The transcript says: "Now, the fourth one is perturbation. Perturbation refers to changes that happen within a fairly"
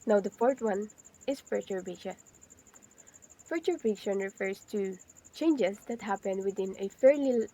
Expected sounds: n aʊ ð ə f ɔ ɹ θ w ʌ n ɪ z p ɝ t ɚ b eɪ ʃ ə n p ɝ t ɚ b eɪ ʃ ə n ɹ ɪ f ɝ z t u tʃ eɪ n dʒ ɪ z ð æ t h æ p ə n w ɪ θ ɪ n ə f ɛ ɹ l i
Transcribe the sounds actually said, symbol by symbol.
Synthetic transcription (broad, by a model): n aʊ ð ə f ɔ ɹ t w ʌ n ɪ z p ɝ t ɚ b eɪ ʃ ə n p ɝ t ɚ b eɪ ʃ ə n ɹ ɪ f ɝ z t u tʃ eɪ n dʒ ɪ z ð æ t h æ p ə n w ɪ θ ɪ n ə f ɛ ɹ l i